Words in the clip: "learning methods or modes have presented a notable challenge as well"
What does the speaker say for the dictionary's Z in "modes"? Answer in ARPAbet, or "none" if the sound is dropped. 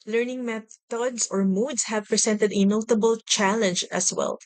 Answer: S